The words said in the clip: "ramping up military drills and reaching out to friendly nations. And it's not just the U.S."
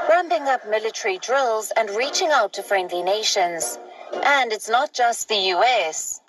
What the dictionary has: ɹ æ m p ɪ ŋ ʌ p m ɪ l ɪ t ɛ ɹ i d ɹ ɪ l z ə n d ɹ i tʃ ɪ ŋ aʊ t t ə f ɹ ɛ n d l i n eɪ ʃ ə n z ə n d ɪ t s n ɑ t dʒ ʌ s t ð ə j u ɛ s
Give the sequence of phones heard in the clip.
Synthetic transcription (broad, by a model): ɹ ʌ m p ɪ ŋ ʌ p m ɪ l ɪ t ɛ ɹ i d ɹ ɪ l z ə n ɹ i tʃ ɪ ŋ aʊ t t ə f ɹ ɛ n d l i n eɪ ʃ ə n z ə n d ɪ t s n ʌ t dʒ ʌ s t ð ə j u ɛ s